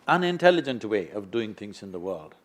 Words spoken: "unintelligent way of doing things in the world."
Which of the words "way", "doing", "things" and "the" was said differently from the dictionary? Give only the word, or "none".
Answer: none